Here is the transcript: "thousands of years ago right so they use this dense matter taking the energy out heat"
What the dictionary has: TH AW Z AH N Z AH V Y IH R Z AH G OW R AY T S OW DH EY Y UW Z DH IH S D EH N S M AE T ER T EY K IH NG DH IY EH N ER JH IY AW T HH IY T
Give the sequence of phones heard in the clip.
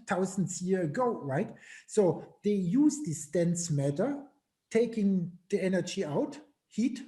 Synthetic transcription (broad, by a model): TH AW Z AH N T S Y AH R AH G OW R AY T S OW DH EY Y UW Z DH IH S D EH N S M AE T ER T EY K IH NG DH IY EH N ER JH IY AW T HH IY T